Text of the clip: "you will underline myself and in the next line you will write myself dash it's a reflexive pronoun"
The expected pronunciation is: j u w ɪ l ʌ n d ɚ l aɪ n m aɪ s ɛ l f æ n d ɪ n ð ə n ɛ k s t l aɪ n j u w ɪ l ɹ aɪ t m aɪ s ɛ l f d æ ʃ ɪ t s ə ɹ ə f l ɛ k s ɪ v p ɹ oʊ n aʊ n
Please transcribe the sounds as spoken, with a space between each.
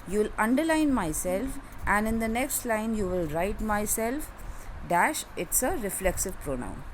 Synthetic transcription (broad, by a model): j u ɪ l ʌ n d ɚ l aɪ n m aɪ s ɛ l f æ n d ɪ n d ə n ɛ k s t l aɪ n j u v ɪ l ɹ aɪ t m aɪ s ɛ l f d æ ʃ ɪ t s ə ɹ ə f l ɛ k s ɪ v p ɹ oʊ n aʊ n